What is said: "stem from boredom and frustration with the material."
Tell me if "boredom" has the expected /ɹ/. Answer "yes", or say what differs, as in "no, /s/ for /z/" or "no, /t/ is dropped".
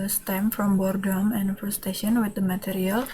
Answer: yes